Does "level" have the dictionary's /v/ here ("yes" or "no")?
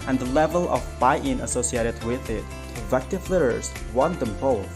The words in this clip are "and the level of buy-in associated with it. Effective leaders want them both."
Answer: yes